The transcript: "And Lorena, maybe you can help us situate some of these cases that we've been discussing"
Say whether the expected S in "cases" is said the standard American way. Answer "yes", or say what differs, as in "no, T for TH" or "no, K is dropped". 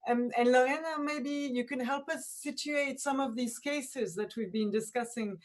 yes